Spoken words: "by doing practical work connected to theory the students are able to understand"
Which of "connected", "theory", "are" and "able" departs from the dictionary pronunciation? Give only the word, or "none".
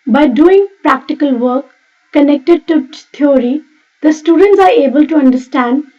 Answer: theory